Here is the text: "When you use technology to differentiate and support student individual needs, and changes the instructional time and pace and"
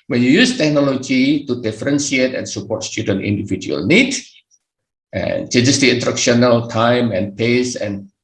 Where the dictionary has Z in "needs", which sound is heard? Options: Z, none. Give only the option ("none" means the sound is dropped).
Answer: none